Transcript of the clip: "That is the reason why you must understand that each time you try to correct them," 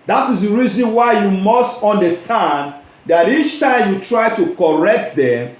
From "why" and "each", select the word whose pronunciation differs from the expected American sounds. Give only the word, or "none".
none